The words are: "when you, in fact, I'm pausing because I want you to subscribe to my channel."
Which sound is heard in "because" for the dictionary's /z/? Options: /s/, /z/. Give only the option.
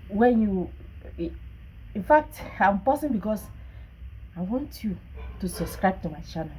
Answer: /s/